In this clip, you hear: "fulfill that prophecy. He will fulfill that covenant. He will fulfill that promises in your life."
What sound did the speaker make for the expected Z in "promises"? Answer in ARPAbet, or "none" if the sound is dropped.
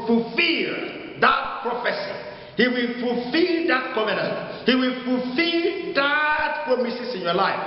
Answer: S